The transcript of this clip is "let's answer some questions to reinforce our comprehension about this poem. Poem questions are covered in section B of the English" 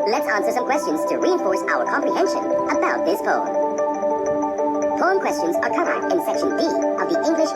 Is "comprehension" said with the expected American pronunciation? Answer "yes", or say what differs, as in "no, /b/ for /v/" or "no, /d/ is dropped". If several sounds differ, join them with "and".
yes